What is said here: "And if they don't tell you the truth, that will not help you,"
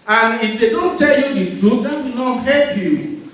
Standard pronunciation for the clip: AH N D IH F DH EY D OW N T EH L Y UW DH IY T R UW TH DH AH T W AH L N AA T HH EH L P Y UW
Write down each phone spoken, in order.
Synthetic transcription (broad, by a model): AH N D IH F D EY D OW N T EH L Y UW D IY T UW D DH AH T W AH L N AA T HH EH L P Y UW